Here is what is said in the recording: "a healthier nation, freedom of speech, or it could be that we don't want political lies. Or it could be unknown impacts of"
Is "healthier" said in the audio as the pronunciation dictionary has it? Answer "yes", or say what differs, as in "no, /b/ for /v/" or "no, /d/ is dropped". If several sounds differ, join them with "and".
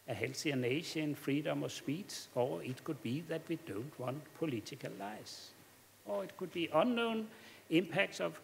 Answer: no, /s/ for /θ/